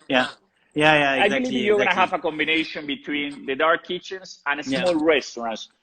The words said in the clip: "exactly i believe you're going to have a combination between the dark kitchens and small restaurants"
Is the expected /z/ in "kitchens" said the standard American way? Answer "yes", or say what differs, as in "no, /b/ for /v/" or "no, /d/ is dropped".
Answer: no, /s/ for /z/